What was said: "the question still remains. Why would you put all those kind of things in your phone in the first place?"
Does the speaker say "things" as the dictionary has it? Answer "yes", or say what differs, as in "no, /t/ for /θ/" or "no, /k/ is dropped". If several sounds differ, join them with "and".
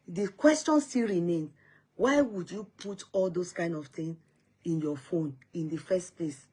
no, /z/ is dropped